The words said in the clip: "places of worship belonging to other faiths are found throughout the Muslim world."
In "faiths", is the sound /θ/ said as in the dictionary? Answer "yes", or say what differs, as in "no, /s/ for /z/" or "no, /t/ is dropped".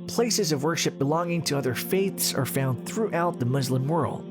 yes